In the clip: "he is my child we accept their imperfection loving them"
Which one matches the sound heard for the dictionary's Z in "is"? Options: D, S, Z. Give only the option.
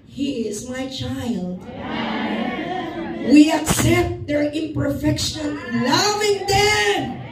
Z